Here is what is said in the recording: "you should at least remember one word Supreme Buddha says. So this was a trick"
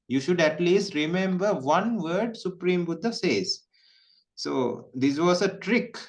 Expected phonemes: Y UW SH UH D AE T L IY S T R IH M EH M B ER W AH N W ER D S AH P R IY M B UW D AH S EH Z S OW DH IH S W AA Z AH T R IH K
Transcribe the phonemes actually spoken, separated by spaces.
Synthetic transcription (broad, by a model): Y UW SH UH D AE T L IY S T R IH M EH M B ER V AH N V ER D S AH P R IY M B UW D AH S EH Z S OW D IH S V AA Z AH T R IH K